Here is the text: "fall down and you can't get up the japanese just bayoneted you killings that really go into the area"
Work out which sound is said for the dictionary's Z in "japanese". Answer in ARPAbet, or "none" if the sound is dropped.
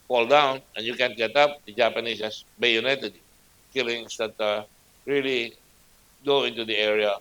S